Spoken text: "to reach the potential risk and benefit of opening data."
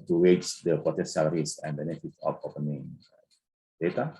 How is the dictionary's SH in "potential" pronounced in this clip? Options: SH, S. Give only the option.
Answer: S